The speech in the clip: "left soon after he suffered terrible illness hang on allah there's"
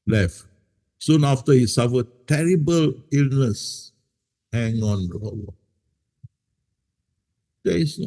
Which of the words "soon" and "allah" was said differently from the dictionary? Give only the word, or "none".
allah